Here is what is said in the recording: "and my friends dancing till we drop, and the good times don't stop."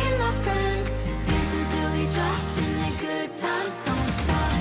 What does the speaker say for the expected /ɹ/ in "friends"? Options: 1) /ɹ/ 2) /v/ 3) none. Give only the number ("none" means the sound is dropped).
1